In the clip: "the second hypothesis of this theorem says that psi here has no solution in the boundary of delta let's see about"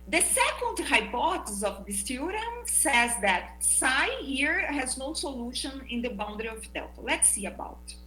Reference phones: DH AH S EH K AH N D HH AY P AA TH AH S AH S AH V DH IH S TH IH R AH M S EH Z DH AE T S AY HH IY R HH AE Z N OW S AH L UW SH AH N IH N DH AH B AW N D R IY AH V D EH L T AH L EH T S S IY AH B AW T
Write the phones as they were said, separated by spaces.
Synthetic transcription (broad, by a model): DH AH S EH K AH N D HH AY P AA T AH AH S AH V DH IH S T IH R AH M S EH Z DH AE T S AY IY R HH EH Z N OW S AH L UW SH AH N IH N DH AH B AW N D R IY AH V D EH L T AH L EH T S S IY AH B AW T